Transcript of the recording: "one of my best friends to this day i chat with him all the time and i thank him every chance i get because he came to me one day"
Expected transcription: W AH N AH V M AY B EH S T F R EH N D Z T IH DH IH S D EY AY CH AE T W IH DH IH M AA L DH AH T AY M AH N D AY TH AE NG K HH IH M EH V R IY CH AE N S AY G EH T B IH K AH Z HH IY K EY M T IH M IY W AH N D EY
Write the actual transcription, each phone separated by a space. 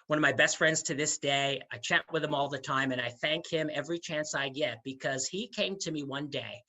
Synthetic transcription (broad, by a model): W AH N AH V M AY B EH S T F R EH N D Z T IH DH IH S D EY AY CH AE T W IH DH IH M AA L DH AH T AY M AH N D AY TH AE NG K HH IH M EH V R IY CH AE N S AY G EH T B IH K AH Z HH IY K EY M T IH M IY W AH N D EY